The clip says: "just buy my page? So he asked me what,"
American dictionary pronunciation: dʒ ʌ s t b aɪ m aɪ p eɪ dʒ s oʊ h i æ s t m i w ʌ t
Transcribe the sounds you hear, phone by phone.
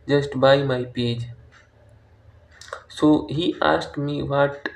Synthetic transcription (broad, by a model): dʒ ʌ s t b aɪ m aɪ p eɪ dʒ s oʊ h i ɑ s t m i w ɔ t